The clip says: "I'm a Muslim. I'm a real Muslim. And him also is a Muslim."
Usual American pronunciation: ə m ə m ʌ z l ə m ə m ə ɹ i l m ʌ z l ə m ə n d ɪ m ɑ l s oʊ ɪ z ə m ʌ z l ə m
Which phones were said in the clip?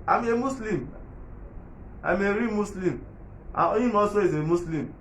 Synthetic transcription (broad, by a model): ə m ə m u s l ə m ə m ə ɹ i m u s l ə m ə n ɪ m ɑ s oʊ ɪ z ə m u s l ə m